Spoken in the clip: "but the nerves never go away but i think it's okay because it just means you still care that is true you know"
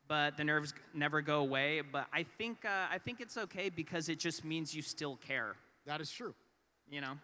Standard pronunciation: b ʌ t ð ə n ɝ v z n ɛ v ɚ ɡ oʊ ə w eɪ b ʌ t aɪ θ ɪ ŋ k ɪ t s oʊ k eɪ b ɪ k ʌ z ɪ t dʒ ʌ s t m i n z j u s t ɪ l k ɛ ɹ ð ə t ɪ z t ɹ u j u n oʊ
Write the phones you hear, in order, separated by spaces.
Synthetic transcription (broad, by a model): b ʌ t ð ə n ɝ v z n ɛ v ɚ ɡ oʊ ə w eɪ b ʌ t aɪ θ ɪ ŋ k ɪ t s oʊ k eɪ b ɪ k ʌ z ɪ t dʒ ʌ s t m i n z j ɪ s t ɪ l k ɛ ɹ ð ə t ɪ z t ɹ u j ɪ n oʊ